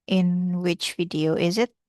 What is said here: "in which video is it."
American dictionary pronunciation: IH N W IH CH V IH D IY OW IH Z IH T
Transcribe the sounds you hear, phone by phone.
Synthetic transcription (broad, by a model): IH N W IH CH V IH D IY OW IH Z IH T